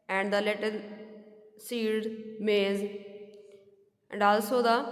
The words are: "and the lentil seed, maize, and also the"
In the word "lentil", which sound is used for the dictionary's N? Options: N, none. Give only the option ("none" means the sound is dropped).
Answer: none